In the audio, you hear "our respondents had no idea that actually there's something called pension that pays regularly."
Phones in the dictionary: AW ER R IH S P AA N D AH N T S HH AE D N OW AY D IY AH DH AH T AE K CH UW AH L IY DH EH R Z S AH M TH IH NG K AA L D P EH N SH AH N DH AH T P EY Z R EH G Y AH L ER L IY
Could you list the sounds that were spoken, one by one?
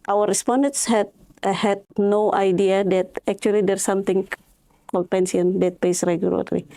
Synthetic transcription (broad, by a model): AW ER R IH S P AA N D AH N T S HH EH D N OW AY D IY AH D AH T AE K CH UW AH L IY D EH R S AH M T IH NG K AA L D P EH N S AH N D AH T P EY S R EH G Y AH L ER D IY